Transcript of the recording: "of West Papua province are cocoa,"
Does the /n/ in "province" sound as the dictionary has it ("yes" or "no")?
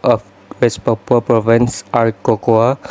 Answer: yes